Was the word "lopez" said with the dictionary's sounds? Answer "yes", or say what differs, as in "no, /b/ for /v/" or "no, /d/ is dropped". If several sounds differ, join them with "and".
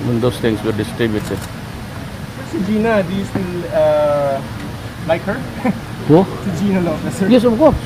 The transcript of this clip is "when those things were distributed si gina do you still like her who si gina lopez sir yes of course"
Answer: no, /p/ is dropped